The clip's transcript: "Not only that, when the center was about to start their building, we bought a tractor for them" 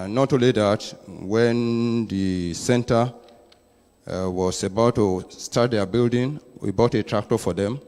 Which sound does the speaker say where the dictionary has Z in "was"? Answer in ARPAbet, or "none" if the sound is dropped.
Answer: S